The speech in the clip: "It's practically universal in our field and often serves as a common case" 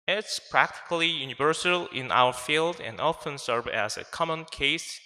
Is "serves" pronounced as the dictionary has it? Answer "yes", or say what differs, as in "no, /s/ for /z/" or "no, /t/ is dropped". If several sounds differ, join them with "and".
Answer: no, /z/ is dropped